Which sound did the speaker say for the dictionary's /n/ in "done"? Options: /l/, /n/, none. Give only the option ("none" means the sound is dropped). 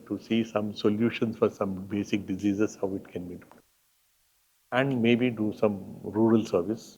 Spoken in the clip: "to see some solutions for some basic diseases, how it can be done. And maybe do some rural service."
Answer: none